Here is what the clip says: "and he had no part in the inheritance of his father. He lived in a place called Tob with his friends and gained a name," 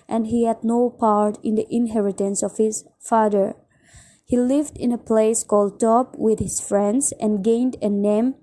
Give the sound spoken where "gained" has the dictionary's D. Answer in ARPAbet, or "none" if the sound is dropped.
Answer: D